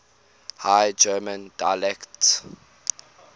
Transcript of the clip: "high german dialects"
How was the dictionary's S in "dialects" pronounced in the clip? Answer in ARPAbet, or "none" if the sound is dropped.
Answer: none